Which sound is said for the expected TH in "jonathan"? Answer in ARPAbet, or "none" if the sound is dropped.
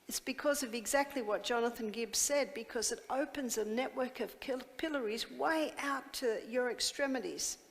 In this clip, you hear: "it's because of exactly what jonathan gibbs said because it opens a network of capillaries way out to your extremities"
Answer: TH